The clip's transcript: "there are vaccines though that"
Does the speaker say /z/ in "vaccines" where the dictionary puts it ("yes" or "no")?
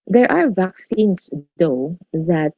no